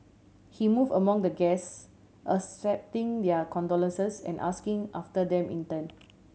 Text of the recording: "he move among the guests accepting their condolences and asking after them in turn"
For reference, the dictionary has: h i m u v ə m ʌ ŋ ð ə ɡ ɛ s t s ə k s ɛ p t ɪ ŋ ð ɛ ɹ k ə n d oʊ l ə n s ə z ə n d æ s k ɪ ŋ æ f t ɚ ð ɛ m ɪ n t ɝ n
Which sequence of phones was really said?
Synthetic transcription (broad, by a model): h i m u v ə m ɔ ŋ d ə ɡ ɛ s t ə s ɛ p t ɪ ŋ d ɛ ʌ k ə n d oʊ l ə n s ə s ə n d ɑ s k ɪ ŋ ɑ f t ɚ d ɛ m ɪ n t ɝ n